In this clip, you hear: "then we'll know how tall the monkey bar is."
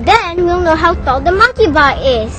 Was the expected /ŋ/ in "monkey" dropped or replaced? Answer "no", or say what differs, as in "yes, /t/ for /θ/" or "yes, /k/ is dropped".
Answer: yes, /ŋ/ is dropped